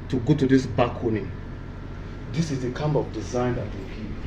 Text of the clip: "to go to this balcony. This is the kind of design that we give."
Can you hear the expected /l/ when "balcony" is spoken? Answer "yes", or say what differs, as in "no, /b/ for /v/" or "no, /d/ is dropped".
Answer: no, /l/ is dropped